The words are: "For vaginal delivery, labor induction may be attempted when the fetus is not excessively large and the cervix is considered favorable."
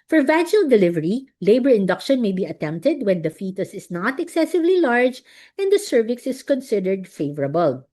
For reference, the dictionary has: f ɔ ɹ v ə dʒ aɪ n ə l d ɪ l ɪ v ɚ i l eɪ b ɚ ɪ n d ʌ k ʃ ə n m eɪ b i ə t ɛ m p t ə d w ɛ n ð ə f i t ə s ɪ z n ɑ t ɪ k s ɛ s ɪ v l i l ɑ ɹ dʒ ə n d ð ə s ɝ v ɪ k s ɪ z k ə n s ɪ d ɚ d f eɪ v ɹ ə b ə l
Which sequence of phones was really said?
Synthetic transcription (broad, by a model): f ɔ ɹ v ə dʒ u ə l d ɪ l ɪ v ɚ i l eɪ b ɚ ɪ n d ʌ k ʃ ə n m eɪ b i ə t ɛ m p t ə d w ɛ n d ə f i t ə s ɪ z n ɑ t ɪ k s ɛ s ɪ v l i l ɑ ɹ dʒ ə n d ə s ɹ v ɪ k s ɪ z k ə n s ɪ d ɚ d f eɪ v ɹ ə b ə l